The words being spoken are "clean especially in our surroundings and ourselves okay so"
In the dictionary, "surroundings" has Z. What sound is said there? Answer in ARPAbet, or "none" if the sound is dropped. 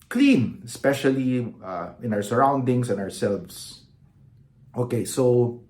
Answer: S